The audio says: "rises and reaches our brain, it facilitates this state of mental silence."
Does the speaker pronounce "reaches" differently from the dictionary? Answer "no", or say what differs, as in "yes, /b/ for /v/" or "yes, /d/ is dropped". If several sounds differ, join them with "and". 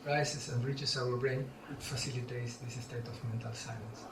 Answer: yes, /s/ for /z/